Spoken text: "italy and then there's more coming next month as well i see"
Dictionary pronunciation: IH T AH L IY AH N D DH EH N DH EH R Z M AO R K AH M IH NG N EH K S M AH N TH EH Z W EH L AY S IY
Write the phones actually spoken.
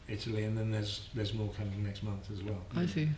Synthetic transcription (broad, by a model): IH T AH L IY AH N DH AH N DH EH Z Z M AO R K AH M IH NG N EH K S M AH N TH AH Z W EH L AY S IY